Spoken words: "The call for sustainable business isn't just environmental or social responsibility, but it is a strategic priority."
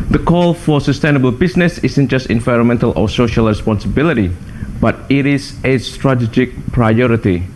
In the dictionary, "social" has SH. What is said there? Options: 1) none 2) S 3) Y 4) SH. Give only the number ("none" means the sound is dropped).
4